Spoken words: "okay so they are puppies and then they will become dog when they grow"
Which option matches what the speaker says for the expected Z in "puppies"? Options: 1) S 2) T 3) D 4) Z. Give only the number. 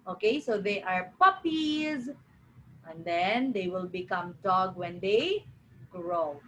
4